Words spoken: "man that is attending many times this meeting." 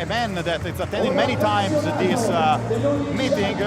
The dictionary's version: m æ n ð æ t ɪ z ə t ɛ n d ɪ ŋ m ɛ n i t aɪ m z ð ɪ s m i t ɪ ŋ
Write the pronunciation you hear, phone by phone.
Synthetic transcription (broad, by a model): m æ n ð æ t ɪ s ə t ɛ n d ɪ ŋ m ɛ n i t aɪ m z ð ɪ s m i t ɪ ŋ